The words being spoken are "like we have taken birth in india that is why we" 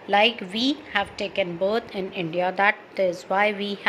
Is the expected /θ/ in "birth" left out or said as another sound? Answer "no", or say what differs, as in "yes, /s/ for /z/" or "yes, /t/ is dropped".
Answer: yes, /t/ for /θ/